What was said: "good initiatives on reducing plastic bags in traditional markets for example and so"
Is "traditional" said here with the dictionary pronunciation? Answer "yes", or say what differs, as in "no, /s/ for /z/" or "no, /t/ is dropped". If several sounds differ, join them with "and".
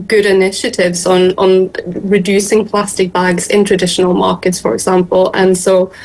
yes